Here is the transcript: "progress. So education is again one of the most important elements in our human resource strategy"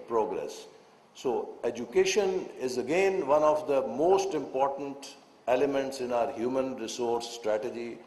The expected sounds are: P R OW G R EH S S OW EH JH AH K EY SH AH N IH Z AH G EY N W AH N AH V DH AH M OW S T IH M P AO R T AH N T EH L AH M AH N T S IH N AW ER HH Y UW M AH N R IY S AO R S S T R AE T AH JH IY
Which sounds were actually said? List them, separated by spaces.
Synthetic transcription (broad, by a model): P R OW G R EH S S OW EH JH AH K EY SH AH N IH Z AH G EY N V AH N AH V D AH M OW S T IH M P AO R T AH N T EH L AH M AH N T S IH N AW ER HH Y UW M AH N R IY S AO R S S T R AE T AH JH IY